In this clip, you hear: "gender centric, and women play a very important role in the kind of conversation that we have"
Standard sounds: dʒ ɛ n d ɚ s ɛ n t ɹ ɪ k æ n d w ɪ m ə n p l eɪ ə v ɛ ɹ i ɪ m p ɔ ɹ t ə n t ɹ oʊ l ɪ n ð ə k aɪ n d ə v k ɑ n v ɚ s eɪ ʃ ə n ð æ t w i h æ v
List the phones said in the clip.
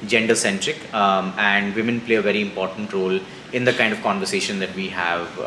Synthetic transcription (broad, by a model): dʒ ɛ n d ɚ s ɛ n t ɹ ɪ k æ n d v ɪ m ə n p l eɪ ə v ɛ ɹ i ɪ m p ɔ ɹ t ə n t ɹ oʊ l ɪ n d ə k aɪ n d ə v k ɑ n v ɚ s eɪ ʃ ə n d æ t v i h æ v